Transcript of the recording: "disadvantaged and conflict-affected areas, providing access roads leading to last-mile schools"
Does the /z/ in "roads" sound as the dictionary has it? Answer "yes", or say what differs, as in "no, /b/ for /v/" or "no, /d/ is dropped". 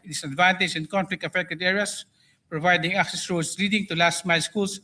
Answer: no, /s/ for /z/